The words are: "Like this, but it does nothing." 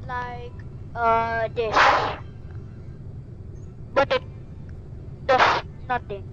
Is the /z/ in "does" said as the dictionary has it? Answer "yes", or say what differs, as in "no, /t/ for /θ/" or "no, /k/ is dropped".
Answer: no, /s/ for /z/